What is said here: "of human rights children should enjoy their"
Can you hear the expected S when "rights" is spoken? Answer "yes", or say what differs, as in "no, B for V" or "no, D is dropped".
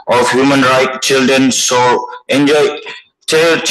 no, S is dropped